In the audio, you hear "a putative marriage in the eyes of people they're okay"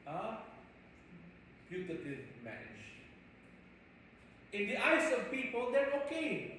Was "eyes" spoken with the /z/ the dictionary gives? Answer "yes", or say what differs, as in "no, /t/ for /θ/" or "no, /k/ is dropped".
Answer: no, /s/ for /z/